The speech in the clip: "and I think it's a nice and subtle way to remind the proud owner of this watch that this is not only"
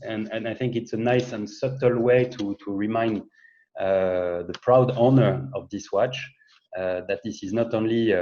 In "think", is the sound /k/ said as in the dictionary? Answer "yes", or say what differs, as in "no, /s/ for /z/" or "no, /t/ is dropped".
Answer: yes